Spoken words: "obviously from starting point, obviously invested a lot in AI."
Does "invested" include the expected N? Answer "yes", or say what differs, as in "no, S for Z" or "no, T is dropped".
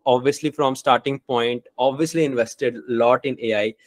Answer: yes